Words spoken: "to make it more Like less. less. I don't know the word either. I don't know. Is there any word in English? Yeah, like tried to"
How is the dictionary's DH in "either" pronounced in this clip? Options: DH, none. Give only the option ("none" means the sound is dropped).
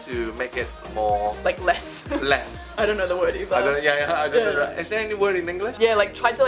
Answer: none